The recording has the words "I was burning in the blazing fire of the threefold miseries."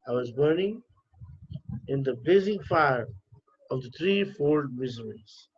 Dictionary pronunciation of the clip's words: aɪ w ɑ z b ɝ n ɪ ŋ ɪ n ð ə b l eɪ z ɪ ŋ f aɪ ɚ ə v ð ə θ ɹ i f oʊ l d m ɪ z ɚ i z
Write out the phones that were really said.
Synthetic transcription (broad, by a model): aɪ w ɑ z b ɝ n ɪ ŋ ɪ n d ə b eɪ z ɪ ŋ f aɪ ɚ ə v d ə t ɹ i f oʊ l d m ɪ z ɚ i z